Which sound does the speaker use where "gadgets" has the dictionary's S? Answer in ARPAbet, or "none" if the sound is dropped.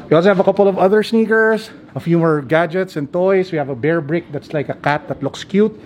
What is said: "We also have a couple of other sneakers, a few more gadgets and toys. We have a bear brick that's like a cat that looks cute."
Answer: S